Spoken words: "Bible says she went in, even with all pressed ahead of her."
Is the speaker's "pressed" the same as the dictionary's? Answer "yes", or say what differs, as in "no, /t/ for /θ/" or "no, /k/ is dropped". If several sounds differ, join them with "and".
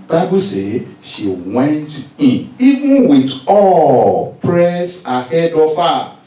no, /t/ is dropped